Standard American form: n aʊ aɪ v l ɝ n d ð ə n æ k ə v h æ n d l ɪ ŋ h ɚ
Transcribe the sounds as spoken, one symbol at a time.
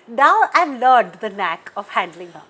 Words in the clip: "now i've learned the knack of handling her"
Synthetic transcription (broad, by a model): n aʊ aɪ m l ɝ d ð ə n æ k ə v h æ n d l ɪ ŋ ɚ